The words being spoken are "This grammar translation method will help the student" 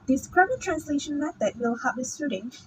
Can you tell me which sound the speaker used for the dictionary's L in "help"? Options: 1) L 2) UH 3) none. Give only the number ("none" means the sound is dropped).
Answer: 3